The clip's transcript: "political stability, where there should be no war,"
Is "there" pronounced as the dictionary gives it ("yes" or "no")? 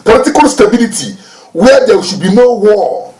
no